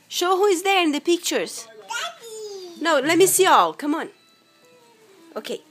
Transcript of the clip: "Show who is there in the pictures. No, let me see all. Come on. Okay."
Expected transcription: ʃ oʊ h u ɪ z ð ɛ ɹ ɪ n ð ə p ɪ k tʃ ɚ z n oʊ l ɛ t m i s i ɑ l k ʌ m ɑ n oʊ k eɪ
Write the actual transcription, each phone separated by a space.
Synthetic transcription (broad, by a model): ʃ oʊ h u ɪ z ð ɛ ɹ ɪ n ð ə p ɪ k tʃ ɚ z n oʊ l ɛ t m i s i ɑ l k ʌ m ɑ n oʊ k eɪ